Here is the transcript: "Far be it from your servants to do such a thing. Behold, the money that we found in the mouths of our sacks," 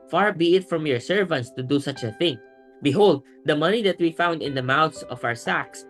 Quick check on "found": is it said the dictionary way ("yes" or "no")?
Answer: yes